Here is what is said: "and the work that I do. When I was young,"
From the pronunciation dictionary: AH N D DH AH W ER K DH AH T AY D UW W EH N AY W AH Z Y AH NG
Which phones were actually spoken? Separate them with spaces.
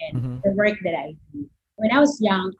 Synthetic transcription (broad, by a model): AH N DH AH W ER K DH AH T AY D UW W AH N AY W AH Z Y AH NG